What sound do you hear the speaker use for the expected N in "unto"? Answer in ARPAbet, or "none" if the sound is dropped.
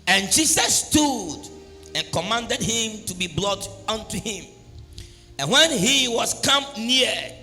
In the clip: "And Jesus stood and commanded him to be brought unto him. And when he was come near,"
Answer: N